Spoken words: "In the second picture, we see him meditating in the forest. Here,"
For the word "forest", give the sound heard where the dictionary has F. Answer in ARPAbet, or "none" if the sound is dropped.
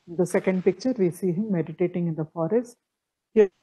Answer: F